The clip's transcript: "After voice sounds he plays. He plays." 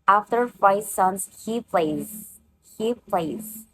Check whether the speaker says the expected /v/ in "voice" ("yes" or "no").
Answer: no